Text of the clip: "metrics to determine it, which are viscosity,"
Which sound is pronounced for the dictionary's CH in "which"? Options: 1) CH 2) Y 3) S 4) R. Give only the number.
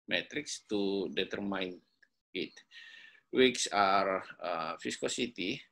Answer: 3